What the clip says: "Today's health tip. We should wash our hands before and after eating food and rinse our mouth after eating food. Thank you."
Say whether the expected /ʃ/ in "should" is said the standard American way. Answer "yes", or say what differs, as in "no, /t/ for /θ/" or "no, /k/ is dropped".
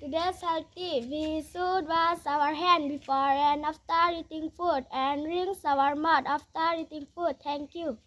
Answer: no, /s/ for /ʃ/